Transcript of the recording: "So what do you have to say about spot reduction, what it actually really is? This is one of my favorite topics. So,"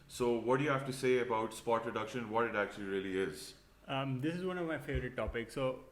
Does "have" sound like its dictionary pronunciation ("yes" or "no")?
no